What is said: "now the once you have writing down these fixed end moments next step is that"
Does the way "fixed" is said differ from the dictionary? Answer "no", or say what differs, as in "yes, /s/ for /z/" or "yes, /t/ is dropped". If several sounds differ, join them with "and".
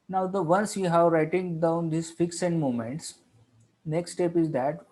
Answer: yes, /t/ is dropped